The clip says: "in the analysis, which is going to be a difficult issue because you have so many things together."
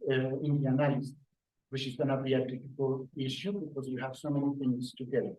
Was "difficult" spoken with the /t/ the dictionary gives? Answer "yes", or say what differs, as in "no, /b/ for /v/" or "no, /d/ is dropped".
no, /t/ is dropped